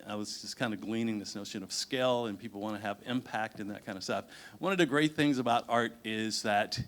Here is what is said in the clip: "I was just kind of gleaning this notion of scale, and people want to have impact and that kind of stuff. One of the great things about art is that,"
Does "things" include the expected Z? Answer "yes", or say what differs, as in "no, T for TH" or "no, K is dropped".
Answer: yes